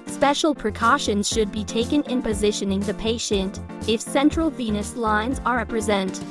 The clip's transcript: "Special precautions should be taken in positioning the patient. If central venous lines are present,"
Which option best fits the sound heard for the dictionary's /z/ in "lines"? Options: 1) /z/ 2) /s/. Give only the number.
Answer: 1